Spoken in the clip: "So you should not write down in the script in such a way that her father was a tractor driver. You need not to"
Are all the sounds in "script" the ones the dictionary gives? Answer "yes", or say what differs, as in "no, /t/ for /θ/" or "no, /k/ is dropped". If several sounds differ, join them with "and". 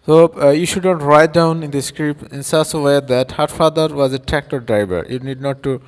no, /t/ is dropped